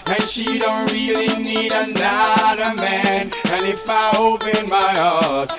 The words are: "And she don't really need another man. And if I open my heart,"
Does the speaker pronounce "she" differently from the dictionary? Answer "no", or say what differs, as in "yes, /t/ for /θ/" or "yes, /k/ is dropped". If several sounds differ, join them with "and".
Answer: no